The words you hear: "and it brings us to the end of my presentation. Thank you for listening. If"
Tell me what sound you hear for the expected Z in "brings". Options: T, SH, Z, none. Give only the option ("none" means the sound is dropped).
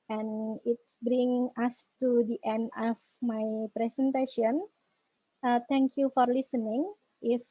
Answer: none